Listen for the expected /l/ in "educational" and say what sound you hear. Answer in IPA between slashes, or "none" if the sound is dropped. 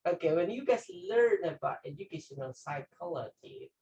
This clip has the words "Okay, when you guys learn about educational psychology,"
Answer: /n/